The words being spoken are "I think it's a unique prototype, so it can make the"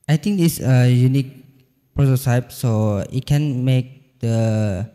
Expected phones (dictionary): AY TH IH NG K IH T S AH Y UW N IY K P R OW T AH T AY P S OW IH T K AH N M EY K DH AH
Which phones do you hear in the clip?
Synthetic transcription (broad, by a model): AY T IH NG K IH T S AH Y UW N IY K P R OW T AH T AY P S OW IH T K AH N M EY K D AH